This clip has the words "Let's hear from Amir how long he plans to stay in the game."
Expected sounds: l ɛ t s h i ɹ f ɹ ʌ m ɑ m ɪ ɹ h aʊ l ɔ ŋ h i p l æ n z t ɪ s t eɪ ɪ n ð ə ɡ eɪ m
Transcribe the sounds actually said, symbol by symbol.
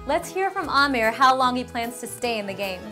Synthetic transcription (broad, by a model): l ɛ t s h i ɹ f ɹ ʌ m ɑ m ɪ ɹ h aʊ l ɔ ŋ h i p l æ n z t ɪ s t eɪ ɪ n ð ə ɡ eɪ m